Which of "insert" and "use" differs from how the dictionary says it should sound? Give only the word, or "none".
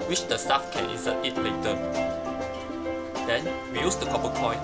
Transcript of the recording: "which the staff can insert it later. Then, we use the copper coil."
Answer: insert